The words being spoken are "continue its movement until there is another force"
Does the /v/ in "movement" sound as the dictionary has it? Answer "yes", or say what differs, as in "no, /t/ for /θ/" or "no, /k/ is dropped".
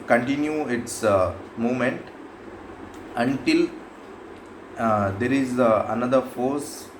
no, /v/ is dropped